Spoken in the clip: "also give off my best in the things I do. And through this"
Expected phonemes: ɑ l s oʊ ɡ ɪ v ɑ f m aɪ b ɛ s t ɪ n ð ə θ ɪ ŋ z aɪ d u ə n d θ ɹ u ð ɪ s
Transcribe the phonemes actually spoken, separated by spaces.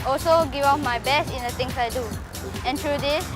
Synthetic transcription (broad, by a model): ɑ l s oʊ ɡ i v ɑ p m aɪ b ɛ s t ɪ n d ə t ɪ ŋ s aɪ d u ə n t ɹ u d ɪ s